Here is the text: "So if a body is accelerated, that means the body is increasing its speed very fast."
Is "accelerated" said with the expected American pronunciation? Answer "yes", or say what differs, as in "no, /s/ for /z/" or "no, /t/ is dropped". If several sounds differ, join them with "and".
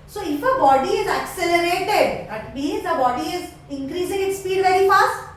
yes